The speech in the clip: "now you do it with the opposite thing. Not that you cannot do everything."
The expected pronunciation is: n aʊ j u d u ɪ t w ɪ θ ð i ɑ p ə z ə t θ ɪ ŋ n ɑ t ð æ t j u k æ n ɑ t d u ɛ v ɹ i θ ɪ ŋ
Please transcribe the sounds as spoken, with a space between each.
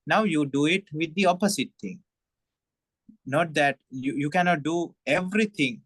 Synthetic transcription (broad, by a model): n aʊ j u d u ɪ t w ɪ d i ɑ p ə s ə t t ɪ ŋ n ɑ t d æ t j u k æ n ɑ t d u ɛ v ɹ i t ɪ ŋ